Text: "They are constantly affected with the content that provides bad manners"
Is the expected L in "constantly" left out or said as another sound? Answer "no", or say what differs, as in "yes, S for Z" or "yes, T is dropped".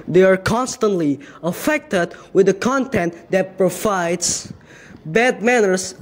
no